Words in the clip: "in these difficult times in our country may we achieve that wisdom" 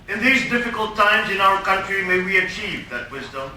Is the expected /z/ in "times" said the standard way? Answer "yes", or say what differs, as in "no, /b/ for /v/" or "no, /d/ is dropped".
yes